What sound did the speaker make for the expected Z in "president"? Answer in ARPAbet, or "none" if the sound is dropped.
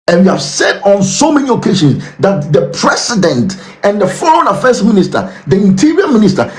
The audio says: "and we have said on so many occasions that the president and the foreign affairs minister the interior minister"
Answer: S